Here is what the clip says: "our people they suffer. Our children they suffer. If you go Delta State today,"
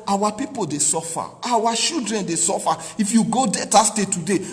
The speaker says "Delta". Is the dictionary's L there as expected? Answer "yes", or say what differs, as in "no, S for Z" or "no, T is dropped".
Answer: no, L is dropped